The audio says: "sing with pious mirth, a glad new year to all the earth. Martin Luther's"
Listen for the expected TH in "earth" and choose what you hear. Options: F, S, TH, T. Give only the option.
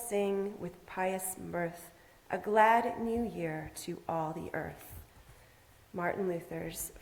TH